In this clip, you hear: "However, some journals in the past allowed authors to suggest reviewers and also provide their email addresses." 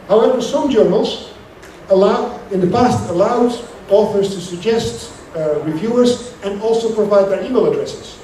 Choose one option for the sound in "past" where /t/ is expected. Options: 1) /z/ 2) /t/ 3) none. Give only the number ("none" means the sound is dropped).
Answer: 2